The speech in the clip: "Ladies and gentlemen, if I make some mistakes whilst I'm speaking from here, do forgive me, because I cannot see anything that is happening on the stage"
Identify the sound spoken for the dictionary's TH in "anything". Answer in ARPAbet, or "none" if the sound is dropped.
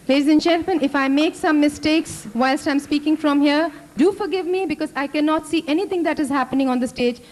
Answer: T